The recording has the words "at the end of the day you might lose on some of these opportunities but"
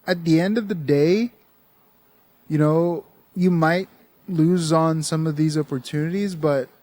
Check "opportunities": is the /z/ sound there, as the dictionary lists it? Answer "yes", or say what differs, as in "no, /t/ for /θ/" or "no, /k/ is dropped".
yes